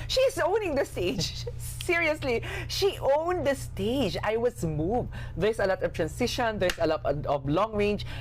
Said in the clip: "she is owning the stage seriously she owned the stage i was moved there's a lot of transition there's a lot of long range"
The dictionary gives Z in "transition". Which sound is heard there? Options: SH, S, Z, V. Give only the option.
S